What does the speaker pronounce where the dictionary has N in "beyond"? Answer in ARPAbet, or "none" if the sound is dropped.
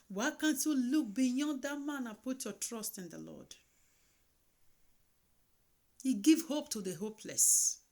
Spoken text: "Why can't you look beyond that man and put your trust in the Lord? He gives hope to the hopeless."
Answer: none